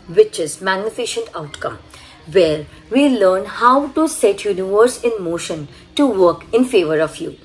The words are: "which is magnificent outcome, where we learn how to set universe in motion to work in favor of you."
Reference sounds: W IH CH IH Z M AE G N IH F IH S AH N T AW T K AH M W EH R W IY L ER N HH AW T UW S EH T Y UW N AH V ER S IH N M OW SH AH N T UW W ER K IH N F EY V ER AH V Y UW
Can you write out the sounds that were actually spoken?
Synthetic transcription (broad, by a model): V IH CH IH Z M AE G N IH F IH SH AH N T AW T K AH M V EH R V IY L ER N HH AW T UW S EH T Y UW N AH V ER S IH N M OW SH AH N T UW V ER K IH N F EY V ER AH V Y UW